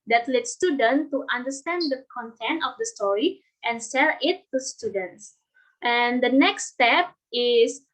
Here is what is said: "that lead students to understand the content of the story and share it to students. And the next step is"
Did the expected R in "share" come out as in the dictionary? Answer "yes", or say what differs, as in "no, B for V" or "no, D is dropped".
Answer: no, L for R